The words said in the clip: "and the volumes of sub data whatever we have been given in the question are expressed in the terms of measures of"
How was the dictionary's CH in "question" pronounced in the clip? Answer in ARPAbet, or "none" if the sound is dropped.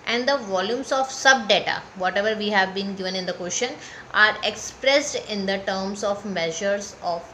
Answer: SH